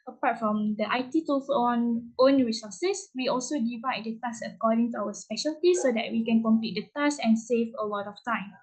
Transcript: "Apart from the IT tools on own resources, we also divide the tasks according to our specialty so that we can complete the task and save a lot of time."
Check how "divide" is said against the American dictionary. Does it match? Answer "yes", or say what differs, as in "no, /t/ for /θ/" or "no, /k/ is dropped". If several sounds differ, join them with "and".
yes